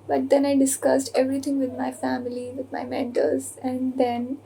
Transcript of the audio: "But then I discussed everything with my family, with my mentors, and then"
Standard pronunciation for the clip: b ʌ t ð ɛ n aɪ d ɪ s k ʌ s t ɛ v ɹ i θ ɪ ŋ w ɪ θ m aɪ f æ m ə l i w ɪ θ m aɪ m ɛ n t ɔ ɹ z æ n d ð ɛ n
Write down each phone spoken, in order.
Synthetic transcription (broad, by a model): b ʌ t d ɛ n aɪ d ɪ s k ʌ s t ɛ v ɹ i t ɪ ŋ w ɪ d m aɪ f æ m ə l i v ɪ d m aɪ m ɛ n t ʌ l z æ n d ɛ n